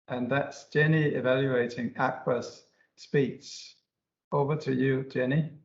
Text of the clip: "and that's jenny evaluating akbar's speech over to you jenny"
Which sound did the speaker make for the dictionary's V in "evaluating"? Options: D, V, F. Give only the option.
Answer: V